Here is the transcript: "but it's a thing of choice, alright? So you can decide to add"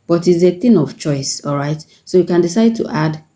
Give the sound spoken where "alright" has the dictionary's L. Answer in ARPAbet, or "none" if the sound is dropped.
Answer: L